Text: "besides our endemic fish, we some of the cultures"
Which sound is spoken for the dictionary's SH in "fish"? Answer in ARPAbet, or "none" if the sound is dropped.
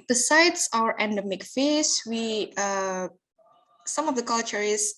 S